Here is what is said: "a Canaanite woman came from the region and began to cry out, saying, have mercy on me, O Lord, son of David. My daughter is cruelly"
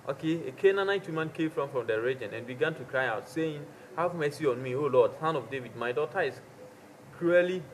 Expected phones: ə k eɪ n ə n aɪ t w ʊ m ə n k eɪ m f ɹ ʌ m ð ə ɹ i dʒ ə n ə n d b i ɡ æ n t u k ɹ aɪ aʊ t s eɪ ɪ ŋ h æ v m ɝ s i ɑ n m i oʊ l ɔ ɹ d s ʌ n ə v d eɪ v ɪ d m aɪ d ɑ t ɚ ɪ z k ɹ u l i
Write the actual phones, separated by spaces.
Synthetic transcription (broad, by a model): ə k eɪ n ə n aɪ t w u m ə n k eɪ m f ɹ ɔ m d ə ɹ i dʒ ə n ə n b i ɡ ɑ n t u k ɹ aɪ aʊ t s eɪ ɪ ŋ h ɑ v m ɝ s i ɑ n m i oʊ l ɔ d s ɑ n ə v d eɪ v ɪ d m aɪ d ɑ t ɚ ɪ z k ɹ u l i